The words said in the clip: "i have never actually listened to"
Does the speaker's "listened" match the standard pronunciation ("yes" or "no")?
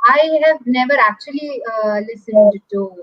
yes